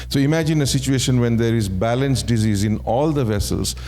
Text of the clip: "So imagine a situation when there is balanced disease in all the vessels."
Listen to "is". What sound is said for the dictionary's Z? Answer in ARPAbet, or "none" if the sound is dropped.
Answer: Z